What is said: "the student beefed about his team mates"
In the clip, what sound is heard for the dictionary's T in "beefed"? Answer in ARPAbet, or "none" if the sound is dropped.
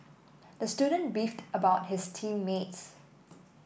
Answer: T